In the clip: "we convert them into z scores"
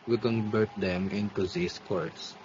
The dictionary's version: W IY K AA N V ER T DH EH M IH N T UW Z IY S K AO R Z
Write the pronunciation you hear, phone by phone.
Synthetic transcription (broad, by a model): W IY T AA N B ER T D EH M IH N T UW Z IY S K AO R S